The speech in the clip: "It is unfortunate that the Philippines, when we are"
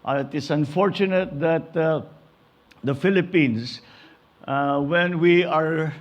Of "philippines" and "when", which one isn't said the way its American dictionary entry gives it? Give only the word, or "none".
philippines